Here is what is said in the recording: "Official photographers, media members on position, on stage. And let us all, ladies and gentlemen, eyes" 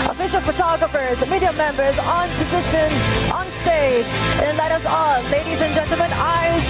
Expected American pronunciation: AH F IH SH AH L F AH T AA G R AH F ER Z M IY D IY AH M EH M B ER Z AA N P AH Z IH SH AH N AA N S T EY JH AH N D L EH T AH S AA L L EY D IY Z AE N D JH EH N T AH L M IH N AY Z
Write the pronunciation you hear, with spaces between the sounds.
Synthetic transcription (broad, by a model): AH F IH SH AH L F AH T AA G R AH F ER Z M IY D IY AH M EH M B ER Z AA N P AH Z IH SH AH N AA N S T EY JH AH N L EH T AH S AA L L EY D IY Z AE N JH EH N T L M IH N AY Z